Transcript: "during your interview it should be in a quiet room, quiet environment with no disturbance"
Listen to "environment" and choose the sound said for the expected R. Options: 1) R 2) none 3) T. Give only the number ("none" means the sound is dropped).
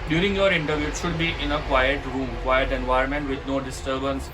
2